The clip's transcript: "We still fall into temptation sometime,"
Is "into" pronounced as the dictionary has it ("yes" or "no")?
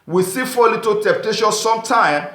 no